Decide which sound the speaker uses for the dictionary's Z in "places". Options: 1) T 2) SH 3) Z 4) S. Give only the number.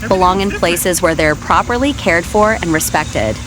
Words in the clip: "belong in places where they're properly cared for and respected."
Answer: 3